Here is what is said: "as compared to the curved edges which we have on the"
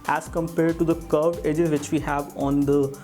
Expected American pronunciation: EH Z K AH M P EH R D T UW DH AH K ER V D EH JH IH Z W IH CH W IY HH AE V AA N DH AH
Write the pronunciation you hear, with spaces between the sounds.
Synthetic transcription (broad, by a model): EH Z K AH M P EH R D T UW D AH K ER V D EH JH IH Z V IH CH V IY HH AE V AA N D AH